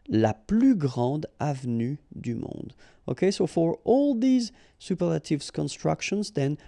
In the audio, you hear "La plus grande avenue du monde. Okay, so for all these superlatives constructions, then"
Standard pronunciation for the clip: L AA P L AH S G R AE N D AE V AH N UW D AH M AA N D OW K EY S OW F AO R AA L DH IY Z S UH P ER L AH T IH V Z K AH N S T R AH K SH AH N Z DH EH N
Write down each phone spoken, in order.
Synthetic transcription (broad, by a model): L AA P L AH G R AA D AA V N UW D AH M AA D OW K EY S OW F AO R AA L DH IY Z S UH P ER L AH T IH V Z K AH N S T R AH K SH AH N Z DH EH N